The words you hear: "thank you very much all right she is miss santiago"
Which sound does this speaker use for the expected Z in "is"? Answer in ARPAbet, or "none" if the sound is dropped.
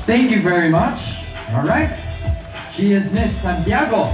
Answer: Z